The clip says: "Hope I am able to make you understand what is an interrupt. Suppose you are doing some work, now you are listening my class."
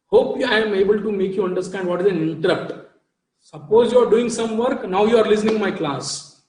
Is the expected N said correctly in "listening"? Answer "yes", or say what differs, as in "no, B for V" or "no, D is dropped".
yes